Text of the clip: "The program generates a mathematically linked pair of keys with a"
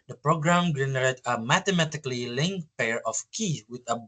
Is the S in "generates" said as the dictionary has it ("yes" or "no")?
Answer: no